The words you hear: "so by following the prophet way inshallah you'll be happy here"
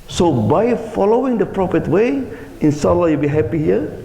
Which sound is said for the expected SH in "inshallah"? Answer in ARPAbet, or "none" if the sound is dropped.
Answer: S